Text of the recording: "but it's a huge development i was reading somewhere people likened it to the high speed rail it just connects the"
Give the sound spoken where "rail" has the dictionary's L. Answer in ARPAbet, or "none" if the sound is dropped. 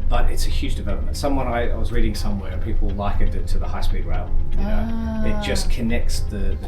N